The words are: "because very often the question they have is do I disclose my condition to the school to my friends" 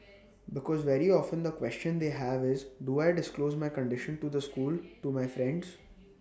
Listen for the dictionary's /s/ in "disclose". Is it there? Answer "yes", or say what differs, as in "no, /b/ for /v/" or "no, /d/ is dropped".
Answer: yes